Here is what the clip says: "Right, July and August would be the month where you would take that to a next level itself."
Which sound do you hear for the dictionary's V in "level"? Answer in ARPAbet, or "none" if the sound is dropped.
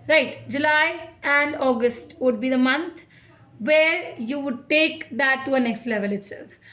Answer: V